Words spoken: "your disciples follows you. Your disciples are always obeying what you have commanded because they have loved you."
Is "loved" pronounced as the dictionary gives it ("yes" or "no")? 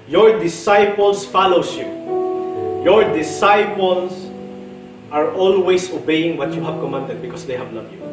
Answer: no